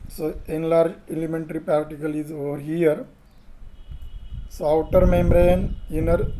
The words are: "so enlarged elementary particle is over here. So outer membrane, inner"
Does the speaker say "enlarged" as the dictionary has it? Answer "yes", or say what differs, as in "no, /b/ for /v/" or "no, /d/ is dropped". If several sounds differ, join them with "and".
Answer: no, /d/ is dropped